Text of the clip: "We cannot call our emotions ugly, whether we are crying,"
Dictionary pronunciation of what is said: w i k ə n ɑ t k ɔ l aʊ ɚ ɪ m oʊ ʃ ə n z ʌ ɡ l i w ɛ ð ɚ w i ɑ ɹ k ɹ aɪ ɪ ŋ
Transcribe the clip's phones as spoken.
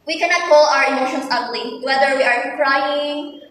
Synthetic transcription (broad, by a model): w i k ə n ɑ t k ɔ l aʊ ɚ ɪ m oʊ ʃ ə n s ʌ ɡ l i w ɛ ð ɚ w i ɑ ɹ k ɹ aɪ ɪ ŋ